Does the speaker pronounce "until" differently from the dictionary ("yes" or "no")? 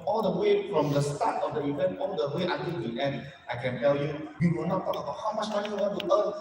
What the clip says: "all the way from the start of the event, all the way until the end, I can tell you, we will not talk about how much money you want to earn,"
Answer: yes